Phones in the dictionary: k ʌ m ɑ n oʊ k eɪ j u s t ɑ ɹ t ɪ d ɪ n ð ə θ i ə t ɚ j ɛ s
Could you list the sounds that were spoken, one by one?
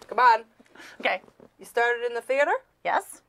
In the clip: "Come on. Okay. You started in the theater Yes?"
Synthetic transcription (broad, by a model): k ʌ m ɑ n oʊ k eɪ j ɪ s t ɑ ɹ t ɪ d ɪ n ð ə θ i ə t ɚ j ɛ s